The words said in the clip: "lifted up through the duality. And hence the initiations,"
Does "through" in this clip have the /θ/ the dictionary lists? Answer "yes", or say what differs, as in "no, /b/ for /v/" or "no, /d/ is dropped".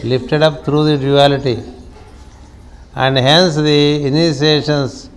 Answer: no, /t/ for /θ/